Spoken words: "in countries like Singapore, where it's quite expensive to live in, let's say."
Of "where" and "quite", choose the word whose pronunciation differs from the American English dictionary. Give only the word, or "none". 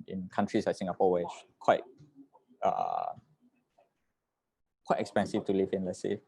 where